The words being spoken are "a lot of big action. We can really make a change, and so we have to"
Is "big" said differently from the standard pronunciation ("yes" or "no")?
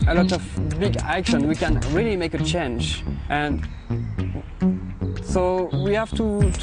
no